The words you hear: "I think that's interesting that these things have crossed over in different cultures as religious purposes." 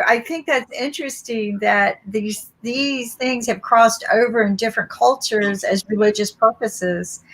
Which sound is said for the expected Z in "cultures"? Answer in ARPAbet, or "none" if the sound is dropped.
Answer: Z